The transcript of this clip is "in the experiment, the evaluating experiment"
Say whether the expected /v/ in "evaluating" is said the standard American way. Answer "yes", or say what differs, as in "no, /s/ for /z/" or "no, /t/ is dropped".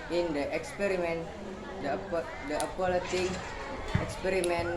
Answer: no, /p/ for /v/